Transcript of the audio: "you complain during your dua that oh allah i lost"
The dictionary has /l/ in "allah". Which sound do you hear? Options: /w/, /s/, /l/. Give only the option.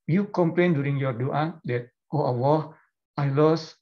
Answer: /w/